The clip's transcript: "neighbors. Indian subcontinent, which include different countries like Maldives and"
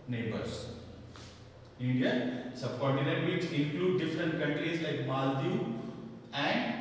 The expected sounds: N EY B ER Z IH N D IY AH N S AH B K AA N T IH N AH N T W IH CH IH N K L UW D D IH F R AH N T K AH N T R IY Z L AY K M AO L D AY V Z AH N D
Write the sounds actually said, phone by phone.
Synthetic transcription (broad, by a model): N EY B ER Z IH N D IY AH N S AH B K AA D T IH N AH T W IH S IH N K L UW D D IH F R AH N T K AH N T R IY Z L AY K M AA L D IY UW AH N D